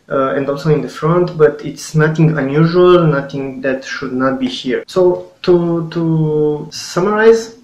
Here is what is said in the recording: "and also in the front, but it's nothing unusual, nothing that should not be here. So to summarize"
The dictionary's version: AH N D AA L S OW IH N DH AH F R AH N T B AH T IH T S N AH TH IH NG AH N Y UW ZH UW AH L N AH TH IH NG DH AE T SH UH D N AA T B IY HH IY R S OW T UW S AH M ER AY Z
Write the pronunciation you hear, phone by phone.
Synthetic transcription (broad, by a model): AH N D AA L S OW IH N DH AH F R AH N T B AH T IH T S N AH TH IH NG AH N Y UW ZH UW AH L N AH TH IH NG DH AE T SH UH D N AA T B IY HH IY R S OW T UW S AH M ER AY Z